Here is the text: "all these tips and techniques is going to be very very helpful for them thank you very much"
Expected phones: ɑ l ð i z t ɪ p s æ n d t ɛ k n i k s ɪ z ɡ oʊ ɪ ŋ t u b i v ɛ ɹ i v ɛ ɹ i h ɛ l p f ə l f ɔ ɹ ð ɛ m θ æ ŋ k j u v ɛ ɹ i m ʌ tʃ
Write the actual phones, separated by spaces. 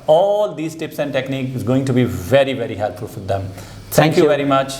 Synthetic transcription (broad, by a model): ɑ l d i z t ɪ p s æ n d t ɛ k n i k ɪ z ɡ oʊ ɪ ŋ t u b i v ɛ ɹ i v ɛ ɹ i h ɛ l p f ə l f ɔ ɹ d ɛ m t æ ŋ k j u v ɛ ɹ i m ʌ tʃ